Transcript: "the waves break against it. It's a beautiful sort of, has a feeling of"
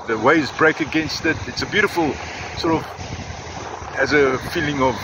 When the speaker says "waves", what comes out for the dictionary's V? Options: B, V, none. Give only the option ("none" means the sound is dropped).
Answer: none